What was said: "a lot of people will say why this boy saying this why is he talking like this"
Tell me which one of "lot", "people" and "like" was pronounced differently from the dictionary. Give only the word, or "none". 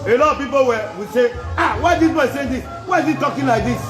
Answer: people